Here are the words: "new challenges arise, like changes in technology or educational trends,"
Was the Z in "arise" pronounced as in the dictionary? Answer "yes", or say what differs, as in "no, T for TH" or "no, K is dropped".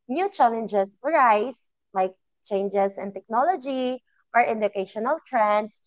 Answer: no, S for Z